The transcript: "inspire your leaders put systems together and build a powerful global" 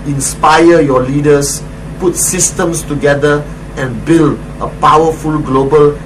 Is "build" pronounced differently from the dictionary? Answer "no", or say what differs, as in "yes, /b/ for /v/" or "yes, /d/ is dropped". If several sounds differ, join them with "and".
no